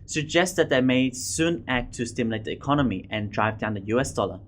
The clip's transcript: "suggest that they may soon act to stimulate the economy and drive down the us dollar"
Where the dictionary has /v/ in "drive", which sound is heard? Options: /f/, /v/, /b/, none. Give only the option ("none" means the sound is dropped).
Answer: /v/